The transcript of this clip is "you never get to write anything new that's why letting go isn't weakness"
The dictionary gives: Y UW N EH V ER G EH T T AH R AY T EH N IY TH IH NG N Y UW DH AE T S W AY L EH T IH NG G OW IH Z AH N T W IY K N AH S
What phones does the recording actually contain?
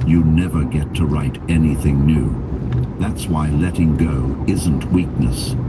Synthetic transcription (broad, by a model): Y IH N EH V ER G EH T T AH R AY T EH N IY TH IH NG N Y UW DH AE T S W AY L EH T IH NG G OW IH Z AH N T W IY K N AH S